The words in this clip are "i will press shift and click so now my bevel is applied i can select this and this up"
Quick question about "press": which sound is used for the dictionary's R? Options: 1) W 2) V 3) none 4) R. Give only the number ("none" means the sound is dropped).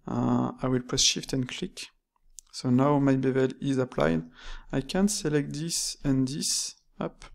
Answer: 3